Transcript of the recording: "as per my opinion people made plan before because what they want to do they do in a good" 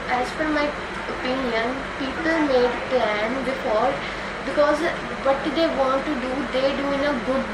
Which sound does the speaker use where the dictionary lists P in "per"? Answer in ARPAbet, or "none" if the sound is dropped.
F